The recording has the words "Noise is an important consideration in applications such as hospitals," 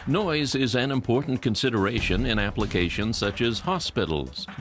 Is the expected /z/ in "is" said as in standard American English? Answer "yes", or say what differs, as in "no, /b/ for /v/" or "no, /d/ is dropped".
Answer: yes